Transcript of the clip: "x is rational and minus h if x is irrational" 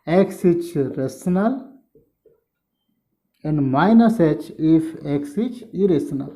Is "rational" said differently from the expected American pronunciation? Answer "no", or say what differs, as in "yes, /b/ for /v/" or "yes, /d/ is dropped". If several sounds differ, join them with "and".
yes, /s/ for /ʃ/